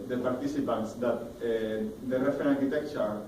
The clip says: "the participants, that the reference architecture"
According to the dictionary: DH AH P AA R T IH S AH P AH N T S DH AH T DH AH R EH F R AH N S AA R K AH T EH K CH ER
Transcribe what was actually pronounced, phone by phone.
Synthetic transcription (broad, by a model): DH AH P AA R T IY S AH P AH N T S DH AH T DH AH R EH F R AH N AA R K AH T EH K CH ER